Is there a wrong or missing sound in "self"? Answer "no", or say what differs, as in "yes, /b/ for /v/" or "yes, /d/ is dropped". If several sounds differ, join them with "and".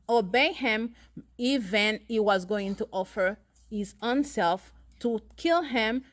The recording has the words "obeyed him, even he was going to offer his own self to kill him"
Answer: no